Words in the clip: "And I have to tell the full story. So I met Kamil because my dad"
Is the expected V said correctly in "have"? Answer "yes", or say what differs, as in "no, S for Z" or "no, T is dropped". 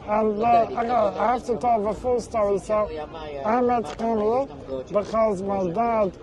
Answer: no, F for V